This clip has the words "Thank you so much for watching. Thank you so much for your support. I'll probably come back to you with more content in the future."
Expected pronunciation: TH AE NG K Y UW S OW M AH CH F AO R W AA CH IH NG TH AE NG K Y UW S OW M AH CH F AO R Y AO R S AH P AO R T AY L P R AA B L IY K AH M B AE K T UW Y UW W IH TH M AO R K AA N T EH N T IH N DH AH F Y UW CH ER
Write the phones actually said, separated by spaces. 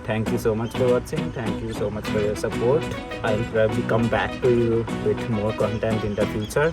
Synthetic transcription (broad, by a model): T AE NG K Y UW S OW M AH CH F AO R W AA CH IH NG T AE NG K Y UW S OW M AH CH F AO R Y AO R S AH P AO R T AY N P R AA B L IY K AH M B AE K T UW Y UW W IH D M AO R K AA N T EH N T IH N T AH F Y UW CH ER